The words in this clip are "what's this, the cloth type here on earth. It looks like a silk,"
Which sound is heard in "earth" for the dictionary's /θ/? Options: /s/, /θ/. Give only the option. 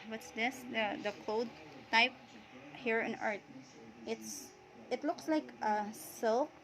/s/